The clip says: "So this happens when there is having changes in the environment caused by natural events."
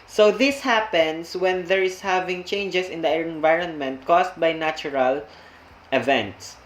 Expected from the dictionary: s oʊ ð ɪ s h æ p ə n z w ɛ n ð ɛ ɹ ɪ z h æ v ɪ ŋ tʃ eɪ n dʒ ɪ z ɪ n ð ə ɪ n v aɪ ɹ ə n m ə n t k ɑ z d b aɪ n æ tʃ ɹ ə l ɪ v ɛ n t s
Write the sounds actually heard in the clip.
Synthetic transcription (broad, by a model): s oʊ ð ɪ s h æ p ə n s w ɛ n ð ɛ ɹ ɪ s h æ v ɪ ŋ tʃ eɪ n dʒ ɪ s ɪ n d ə ɪ n v aɪ ɹ ə n m ə n t k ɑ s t b aɪ n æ tʃ ɹ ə l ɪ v ɛ n t s